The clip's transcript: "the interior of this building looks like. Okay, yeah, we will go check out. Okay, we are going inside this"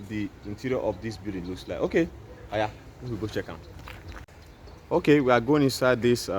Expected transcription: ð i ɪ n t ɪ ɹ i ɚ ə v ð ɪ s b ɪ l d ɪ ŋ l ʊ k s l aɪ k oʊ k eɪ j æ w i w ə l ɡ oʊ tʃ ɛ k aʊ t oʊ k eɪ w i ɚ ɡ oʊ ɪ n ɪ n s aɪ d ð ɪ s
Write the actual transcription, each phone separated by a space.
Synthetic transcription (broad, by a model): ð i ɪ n t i ɹ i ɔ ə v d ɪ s b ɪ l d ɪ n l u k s l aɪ oʊ k eɪ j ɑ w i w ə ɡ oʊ tʃ ɛ k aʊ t oʊ k eɪ w i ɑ ɡ oʊ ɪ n ɪ n s aɪ d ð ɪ s